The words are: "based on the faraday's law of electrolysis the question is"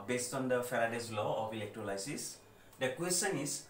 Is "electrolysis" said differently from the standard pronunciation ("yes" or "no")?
yes